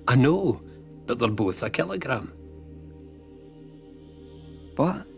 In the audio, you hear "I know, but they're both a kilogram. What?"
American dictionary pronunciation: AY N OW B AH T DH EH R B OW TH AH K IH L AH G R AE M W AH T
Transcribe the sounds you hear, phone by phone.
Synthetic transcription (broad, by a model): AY N OW B AH T DH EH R B OW TH AH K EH L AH G R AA M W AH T